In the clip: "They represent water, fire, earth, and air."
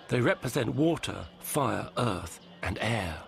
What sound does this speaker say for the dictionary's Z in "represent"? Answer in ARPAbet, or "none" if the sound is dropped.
Z